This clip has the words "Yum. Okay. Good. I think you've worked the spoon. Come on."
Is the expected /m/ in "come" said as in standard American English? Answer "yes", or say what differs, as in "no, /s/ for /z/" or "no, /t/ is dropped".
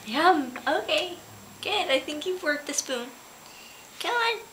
no, /m/ is dropped